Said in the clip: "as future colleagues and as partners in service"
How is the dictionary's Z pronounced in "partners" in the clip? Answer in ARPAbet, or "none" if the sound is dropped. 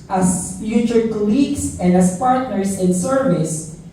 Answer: S